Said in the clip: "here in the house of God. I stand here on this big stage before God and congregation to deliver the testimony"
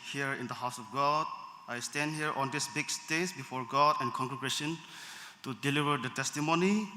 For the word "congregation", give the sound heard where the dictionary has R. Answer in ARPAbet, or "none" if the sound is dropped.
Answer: none